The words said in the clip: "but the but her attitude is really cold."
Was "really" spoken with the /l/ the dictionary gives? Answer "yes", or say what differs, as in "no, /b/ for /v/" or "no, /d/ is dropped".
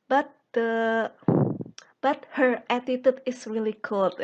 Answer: yes